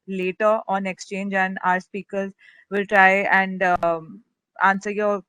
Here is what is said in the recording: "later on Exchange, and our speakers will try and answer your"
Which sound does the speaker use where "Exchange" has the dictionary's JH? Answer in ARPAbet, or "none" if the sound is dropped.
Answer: JH